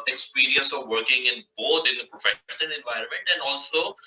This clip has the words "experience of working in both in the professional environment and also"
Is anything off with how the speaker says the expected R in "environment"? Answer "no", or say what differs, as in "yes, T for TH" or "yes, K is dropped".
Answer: no